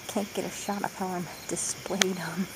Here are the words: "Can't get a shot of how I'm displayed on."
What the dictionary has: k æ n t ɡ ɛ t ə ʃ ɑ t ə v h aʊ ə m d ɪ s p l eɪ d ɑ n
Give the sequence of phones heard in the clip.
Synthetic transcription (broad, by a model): k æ n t ɡ ɛ t ə ʃ ɑ t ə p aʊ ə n d ɪ s p l eɪ d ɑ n